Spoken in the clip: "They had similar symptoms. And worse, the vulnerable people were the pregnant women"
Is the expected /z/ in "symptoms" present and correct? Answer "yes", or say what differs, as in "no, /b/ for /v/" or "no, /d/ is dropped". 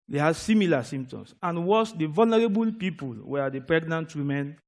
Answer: no, /s/ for /z/